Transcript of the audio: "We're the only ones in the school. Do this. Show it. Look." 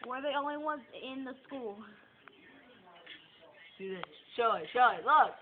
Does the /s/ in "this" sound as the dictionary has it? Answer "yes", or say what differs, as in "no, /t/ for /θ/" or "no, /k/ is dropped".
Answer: no, /ʃ/ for /s/